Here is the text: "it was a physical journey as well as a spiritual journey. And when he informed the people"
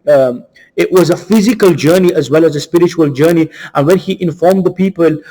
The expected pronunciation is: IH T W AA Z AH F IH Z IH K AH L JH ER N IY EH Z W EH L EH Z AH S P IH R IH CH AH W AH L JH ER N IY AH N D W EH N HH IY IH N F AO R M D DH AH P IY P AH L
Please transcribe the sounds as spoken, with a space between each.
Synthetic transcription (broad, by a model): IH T W AA Z AH F IH Z IH K AH L JH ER N IY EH Z W EH L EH Z AH S P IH R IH CH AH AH L JH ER N IY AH N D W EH N HH IY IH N F AO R M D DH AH P IY P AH L